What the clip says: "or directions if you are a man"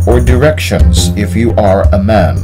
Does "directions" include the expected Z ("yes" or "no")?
yes